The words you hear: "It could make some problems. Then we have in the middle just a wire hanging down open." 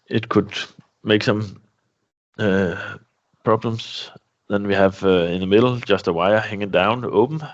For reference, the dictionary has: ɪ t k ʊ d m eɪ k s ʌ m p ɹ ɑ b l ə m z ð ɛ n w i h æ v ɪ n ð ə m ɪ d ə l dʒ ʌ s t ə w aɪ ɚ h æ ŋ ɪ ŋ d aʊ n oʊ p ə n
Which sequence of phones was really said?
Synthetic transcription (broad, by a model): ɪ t k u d m eɪ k s ʌ m p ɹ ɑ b l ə m s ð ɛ n w i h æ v ɪ n ð ə m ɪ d l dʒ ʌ s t ə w aɪ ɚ h æ ŋ ɪ ŋ d aʊ n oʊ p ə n